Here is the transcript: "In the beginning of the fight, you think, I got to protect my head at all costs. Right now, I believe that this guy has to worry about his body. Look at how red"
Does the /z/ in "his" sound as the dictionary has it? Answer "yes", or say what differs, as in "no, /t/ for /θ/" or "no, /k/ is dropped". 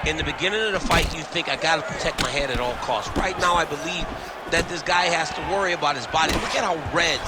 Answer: yes